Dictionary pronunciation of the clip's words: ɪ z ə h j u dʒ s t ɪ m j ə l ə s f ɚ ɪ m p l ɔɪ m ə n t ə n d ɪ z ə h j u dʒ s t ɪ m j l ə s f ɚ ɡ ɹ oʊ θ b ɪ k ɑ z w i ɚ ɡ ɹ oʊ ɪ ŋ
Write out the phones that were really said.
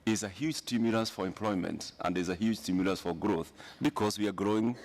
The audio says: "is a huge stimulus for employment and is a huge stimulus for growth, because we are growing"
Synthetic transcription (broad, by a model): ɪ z ə h j u dʒ s t ɪ m j ə l ə s f ɚ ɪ m p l ɔɪ m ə n t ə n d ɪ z ə h j u dʒ s t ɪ m j l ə s f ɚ ɡ ɹ oʊ θ b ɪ k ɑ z w i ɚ ɡ ɹ oʊ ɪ ŋ